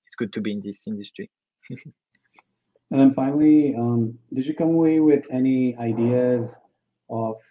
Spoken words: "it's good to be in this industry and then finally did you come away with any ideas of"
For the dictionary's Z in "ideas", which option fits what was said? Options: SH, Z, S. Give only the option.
Z